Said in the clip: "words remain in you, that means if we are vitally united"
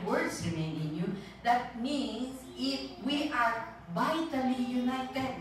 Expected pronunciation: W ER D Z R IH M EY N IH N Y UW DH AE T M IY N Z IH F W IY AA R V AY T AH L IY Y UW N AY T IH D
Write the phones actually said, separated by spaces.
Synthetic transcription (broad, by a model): W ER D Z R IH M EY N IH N Y UW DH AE T M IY N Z IH F W IY AA R V AY T AH L IY Y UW N AY T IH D